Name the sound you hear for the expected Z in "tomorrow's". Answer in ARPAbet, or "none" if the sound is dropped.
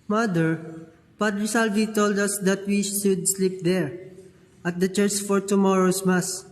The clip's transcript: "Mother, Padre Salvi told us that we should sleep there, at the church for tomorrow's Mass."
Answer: S